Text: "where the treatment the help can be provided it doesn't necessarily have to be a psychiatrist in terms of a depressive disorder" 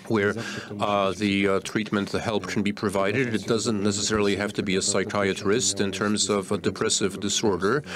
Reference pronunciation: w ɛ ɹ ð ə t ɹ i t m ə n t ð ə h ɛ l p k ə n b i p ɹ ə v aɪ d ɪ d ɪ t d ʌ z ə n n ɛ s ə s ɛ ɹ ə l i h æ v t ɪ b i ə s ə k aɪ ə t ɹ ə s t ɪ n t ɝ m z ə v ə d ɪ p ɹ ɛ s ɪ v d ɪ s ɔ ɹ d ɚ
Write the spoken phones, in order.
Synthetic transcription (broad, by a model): w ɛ ɹ ð ə t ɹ i t m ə n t ð ə h ɛ l p k n b i p ɹ ə v aɪ d ɪ d ɪ t d ʌ z ə n n ɛ s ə s ɛ ɹ l i h æ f t ɪ b i ə s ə k aɪ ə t ɹ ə s t ɪ n t ɝ m z ə v ə d ɪ p ɹ ɛ s ɪ v d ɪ s ɔ ɹ d ɚ